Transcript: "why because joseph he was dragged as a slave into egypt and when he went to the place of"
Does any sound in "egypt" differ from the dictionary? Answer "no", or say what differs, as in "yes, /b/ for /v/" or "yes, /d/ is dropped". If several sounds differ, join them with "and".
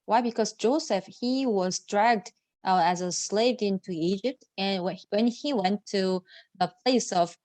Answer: no